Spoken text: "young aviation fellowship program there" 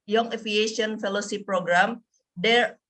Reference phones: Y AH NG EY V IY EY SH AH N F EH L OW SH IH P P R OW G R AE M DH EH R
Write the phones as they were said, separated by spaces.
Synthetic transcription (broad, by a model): Y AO NG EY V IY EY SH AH N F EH L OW S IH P P R OW G R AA M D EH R